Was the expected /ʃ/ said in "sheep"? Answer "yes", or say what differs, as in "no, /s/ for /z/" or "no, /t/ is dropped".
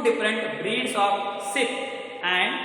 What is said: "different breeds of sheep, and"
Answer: no, /s/ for /ʃ/